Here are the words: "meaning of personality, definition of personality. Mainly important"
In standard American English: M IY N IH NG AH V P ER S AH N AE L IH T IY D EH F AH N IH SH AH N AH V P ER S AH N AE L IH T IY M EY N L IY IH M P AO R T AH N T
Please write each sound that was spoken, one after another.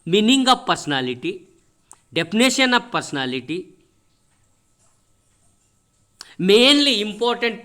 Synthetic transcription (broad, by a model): M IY N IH NG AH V P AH S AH N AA L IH T IY D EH P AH N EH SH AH N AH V P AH S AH N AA L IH T IY M EY N L IY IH M P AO R T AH N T